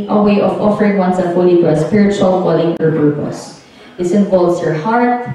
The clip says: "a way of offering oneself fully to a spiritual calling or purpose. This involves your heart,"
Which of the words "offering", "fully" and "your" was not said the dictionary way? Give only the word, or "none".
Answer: none